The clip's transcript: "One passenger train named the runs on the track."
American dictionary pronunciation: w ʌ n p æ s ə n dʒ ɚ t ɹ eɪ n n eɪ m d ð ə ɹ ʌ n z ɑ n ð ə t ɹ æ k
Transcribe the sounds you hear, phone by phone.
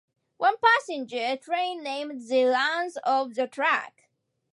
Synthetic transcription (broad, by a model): w ʌ n p æ s ə n dʒ ɚ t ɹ eɪ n n eɪ m d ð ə l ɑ n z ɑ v ð ə t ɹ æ k